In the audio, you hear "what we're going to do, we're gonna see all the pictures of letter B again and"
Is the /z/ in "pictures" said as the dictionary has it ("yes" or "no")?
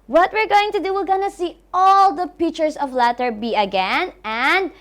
no